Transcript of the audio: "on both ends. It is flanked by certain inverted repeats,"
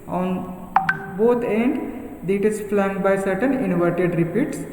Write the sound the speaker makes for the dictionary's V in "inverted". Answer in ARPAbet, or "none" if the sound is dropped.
V